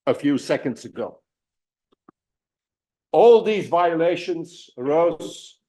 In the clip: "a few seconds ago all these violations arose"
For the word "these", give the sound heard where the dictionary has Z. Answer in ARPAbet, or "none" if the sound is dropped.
Z